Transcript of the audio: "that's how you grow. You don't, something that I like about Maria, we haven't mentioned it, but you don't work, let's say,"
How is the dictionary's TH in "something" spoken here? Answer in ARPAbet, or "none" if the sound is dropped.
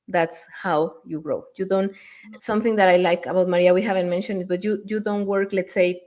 TH